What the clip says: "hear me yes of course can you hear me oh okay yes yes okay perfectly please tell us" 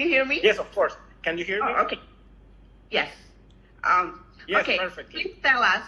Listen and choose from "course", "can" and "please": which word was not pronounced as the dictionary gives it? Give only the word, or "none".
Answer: please